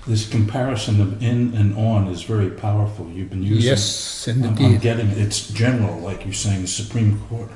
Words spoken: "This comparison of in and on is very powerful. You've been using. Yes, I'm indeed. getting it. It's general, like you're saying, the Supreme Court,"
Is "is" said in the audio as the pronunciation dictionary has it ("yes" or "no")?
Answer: yes